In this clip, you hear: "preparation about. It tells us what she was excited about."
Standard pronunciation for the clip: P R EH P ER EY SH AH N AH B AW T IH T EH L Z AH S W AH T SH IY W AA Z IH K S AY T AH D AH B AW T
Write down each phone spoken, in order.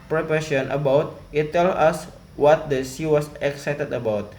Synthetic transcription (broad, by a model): P R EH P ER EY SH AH N AH B AW T IH T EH L AH S W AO T S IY W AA S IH K S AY T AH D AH B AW T